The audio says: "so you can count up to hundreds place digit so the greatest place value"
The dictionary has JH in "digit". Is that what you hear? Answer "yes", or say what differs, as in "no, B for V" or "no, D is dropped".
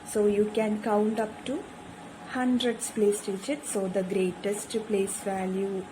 no, SH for JH